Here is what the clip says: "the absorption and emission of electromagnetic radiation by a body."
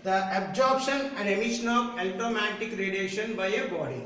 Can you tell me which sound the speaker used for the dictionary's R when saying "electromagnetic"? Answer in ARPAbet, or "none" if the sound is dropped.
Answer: none